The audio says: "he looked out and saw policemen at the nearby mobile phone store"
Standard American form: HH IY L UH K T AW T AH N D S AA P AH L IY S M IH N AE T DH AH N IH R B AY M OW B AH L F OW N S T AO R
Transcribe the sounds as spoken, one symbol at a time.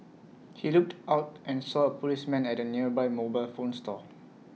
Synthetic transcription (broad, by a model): HH IY L UH K T AW T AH N S AA P AH L IY S M IH N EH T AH N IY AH B AY M OW B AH L F OW N S T AO